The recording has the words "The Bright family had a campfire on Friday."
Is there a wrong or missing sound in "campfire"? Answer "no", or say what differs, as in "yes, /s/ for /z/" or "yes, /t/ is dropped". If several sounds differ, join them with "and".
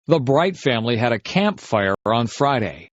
no